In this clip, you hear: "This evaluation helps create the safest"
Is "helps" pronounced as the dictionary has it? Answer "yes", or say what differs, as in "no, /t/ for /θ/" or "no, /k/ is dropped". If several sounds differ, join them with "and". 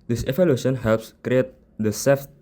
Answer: yes